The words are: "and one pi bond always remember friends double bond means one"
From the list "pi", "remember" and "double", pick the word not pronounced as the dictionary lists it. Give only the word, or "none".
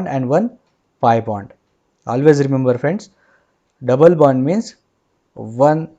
none